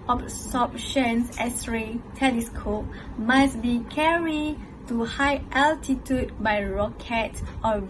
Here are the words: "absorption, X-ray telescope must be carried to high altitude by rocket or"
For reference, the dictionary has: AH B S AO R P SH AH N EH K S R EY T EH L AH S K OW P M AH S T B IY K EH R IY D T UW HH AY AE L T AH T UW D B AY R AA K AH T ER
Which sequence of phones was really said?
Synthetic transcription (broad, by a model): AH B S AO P SH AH N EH S R EY T EH L AH S K OW P M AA S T B IY K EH R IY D T UW HH AY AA L T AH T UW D B AY R AA K AH T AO